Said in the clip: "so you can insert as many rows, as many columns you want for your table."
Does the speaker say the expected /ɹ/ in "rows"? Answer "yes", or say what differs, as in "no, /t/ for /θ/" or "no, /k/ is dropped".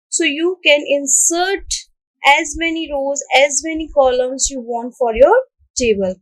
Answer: yes